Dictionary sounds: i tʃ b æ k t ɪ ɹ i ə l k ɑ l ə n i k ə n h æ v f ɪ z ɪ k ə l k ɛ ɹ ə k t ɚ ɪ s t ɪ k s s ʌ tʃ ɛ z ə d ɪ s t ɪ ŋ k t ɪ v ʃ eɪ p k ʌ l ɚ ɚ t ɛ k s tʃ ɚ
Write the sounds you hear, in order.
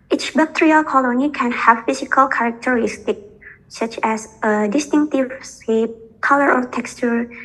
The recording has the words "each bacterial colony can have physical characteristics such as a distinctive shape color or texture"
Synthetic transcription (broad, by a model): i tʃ b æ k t ɹ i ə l k ɑ l ə n i k ə n h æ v f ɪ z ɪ k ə l k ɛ ɹ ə k t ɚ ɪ s t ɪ k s s ʌ tʃ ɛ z ə d ɪ s t ɪ ŋ k t ɪ v s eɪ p k ʌ l ɚ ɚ t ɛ k s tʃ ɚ